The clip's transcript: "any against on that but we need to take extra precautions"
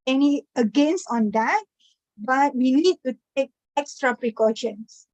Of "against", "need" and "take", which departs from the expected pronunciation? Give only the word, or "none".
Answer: against